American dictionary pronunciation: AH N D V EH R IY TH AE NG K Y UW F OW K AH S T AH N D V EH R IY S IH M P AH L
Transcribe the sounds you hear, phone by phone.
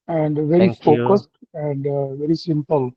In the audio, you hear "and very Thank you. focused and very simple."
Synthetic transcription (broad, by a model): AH N D V EH R IY F OW K AH S T AH N D V EH R IY S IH M P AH L